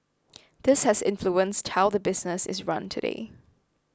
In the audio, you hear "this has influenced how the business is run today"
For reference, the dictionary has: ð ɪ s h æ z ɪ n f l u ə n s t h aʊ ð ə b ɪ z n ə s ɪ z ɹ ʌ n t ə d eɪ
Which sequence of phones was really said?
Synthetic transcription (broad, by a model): ð ɪ s h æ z ɪ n f l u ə n s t h aʊ ð ə b ɪ z n ə s ɪ z ɹ ʌ n t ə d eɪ